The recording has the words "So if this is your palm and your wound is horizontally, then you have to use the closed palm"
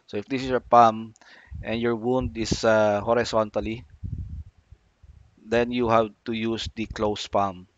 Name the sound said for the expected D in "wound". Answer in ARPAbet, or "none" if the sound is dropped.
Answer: D